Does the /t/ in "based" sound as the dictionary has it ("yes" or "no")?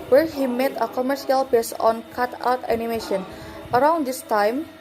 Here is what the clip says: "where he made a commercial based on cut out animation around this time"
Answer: no